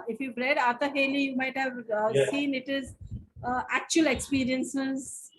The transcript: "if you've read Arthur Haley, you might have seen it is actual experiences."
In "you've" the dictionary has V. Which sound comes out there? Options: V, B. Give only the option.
B